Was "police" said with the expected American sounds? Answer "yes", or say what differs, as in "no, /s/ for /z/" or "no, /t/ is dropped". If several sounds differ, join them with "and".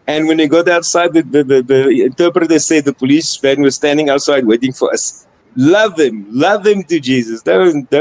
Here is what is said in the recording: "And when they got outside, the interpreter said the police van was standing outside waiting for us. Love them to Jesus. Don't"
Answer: yes